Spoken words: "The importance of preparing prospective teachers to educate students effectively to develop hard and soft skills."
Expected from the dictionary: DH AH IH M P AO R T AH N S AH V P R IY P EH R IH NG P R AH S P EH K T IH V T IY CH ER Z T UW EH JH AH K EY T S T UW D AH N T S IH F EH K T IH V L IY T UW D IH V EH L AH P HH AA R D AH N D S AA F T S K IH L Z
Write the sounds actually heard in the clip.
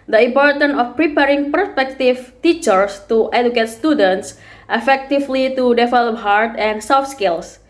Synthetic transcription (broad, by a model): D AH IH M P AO R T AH N AH F P R IY P EH R IH NG P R S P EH K T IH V T IY CH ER S T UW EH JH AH K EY T S T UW D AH N T S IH F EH K T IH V L IY T UW D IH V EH L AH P HH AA R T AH N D S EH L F S K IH L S